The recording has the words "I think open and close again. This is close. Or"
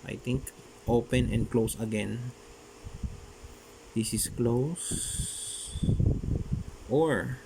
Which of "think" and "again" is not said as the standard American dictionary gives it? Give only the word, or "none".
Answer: think